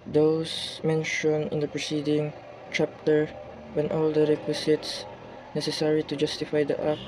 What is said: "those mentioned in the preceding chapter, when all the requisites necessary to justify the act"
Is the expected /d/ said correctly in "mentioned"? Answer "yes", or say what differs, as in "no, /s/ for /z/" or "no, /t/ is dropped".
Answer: no, /d/ is dropped